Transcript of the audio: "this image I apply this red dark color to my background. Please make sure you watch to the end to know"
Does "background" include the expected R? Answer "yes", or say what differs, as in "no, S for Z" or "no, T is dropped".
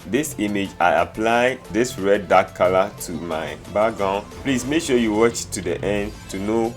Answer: no, R is dropped